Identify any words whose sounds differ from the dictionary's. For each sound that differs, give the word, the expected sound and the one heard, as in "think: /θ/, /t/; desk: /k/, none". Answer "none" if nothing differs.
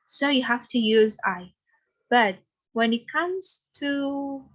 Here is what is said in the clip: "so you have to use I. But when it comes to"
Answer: have: /v/, /f/